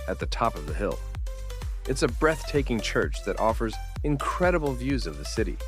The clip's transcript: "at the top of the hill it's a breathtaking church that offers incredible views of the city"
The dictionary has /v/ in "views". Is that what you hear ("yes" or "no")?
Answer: yes